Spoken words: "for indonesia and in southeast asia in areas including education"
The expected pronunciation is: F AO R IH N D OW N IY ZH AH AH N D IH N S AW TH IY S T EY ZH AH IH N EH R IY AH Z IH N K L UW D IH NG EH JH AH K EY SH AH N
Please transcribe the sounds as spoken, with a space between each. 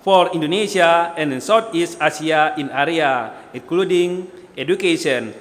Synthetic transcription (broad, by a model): F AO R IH N D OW N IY SH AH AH N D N S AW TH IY S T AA S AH IH N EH R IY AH IH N K L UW D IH NG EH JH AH K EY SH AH N